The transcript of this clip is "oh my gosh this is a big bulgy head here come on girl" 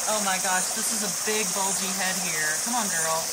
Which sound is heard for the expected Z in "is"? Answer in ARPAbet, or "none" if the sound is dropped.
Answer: Z